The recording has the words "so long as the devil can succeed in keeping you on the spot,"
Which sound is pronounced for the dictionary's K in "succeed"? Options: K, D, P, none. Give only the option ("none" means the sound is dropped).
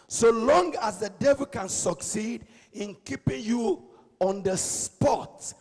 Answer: K